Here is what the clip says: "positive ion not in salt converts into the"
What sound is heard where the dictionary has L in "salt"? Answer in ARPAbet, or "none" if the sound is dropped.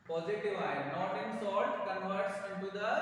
none